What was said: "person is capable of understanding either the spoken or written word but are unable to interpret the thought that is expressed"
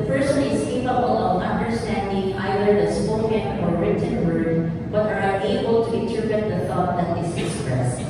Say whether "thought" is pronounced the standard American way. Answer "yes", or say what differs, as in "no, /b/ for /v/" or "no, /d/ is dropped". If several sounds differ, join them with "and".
yes